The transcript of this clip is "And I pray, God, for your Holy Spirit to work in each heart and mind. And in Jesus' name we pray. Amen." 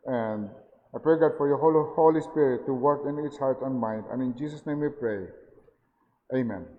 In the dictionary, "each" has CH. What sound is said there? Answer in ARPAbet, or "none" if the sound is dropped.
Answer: S